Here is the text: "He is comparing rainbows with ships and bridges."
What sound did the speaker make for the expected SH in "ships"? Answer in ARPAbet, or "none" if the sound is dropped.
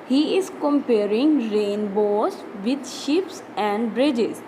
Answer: SH